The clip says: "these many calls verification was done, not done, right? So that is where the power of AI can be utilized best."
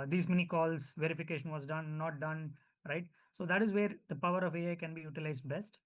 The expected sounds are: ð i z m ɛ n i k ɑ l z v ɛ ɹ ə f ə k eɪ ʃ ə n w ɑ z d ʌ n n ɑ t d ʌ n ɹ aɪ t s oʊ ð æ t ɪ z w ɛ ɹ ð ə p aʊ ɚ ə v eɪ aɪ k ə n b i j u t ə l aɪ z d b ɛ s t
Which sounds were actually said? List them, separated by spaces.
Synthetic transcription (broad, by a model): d i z m ɛ n i k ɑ l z v ɛ ɹ ə f ə k eɪ ʃ ə n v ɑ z d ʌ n n ɑ t d ʌ n ɹ aɪ t s oʊ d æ t ɪ z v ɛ ɹ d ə p aʊ ɚ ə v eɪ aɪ k ə n b i j u t ə l aɪ z d b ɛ s t